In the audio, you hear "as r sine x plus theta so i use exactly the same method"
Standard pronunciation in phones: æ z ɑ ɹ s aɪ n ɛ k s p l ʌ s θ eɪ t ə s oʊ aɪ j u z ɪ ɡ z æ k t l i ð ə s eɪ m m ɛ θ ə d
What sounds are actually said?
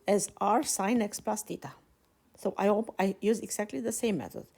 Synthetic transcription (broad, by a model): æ z ɑ ɹ s aɪ n ɛ k s p l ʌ s t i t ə s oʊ aɪ j u z ɪ ɡ z æ k t l i ð ə s eɪ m m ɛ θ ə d